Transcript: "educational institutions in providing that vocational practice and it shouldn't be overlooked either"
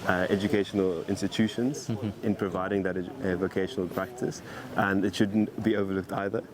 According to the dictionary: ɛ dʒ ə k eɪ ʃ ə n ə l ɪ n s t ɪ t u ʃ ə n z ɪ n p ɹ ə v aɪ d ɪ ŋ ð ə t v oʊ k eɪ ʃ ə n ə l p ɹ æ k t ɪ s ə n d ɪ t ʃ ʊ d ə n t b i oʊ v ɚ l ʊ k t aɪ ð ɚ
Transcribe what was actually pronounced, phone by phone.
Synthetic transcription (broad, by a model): ɛ dʒ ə k eɪ ʃ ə n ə l ɪ n s t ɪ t u ʃ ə n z ɪ n p ɹ ə v aɪ d ɪ ŋ ð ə t v oʊ k eɪ ʃ ə n ə l p ɹ æ k t ɪ s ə n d ɪ t ʃ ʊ d n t b i oʊ v ɚ l ʊ k t aɪ ð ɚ